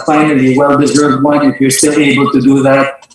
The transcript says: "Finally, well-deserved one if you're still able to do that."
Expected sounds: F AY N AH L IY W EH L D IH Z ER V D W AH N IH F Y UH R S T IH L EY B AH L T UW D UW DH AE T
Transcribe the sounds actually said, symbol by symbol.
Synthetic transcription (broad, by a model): F AY N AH L IY W EH L D IH Z ER V D W AH N IH F Y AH R S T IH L EY B AH L T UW D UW DH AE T